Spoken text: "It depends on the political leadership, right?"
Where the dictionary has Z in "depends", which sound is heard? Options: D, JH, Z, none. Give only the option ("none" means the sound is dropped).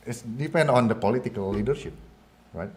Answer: none